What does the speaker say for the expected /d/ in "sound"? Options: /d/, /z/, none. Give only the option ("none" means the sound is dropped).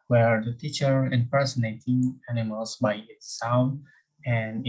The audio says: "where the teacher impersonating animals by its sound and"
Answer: none